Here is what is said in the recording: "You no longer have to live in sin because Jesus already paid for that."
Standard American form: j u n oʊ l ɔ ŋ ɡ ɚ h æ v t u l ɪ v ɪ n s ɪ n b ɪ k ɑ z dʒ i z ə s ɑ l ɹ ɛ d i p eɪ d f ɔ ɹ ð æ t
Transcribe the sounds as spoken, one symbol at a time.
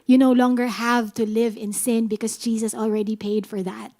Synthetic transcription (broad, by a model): j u n oʊ l ɔ ŋ ɡ ɚ h æ v t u l ɪ v ɪ n s ɪ n b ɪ k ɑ s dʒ i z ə s ɑ l ɹ ɛ d i p eɪ d f ɔ ɹ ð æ t